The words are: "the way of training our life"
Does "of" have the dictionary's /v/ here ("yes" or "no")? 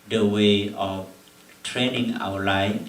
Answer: no